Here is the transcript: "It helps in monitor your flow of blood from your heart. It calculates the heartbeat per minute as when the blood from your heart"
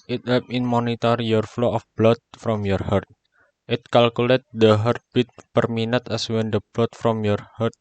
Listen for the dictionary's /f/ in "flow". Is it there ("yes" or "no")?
yes